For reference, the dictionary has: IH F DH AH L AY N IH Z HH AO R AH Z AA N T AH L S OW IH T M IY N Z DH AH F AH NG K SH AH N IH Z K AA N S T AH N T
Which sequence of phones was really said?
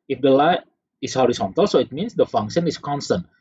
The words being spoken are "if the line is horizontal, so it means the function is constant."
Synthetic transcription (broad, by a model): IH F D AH L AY IH S HH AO R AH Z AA N T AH L S OW IH T M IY N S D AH F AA NG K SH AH N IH S K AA N S T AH N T